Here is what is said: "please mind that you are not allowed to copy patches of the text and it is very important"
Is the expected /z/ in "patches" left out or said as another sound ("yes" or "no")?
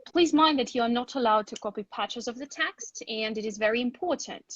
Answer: no